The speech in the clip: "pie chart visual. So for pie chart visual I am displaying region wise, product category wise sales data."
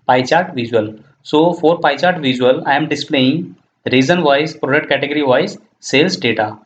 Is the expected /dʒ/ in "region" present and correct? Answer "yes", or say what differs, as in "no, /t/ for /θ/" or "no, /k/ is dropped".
no, /z/ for /dʒ/